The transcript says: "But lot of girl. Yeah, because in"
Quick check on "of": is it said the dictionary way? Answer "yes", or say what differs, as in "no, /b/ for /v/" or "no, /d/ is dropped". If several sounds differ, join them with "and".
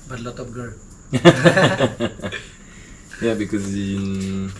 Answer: no, /p/ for /v/